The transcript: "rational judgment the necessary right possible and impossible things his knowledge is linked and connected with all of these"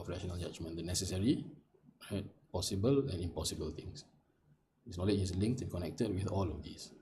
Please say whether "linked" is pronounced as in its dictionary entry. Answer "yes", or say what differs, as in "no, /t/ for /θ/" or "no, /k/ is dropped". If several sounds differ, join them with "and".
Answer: yes